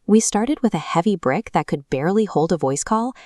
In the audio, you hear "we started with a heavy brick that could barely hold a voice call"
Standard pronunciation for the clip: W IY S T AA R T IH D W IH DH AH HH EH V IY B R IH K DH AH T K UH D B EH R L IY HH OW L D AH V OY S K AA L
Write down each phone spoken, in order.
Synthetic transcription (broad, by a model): W IY S T AA R T IH D W IH DH AH HH EH V IY B R IH K DH AH T K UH D B EH R L IY HH OW L D AH V OY S K AA L